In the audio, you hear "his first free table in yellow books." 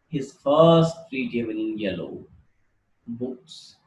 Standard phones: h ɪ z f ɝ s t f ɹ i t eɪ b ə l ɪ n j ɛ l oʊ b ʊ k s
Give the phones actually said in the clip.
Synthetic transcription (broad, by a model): h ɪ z f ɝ s t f ɹ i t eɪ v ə n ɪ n j ɛ l oʊ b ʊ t s